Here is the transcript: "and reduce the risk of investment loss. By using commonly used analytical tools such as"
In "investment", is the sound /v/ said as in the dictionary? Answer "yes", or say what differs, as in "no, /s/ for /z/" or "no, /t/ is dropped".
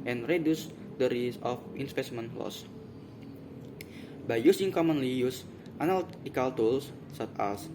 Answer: no, /p/ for /v/